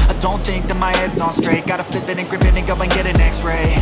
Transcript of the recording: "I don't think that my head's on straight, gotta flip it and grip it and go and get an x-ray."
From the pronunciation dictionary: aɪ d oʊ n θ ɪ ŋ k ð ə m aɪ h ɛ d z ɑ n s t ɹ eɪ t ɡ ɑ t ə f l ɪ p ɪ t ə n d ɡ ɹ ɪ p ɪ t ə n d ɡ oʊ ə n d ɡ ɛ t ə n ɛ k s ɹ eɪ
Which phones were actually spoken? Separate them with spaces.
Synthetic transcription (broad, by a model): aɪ d oʊ n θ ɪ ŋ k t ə m aɪ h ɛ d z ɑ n s t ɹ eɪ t ɡ ɑ t ə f ɪ b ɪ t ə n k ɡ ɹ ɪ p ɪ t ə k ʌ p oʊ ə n ɡ ɛ t ə n ɛ k s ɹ eɪ